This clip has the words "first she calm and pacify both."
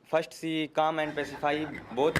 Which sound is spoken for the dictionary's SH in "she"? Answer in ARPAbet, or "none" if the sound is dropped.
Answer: S